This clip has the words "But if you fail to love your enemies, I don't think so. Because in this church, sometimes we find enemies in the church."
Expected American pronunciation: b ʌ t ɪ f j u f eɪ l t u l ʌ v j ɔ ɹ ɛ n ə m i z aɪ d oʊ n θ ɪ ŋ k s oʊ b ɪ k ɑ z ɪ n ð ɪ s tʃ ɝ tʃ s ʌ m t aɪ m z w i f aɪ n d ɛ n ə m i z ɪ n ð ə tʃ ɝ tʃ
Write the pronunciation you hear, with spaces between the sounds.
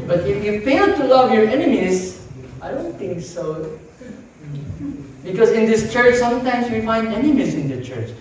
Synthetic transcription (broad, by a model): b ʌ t ɪ f j u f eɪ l t u l ʌ v j ɔ ɹ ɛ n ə m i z aɪ d oʊ n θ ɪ ŋ k s oʊ b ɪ k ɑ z ɪ n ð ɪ s tʃ ɝ tʃ s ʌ m t aɪ m s w i f aɪ n d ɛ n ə m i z ɪ n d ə tʃ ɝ tʃ